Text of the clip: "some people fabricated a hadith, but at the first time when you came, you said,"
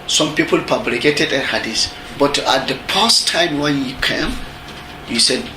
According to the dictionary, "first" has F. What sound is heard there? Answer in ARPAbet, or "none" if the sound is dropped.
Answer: P